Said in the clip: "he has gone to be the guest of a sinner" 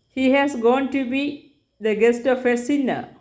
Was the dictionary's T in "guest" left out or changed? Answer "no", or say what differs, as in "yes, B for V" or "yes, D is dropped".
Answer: no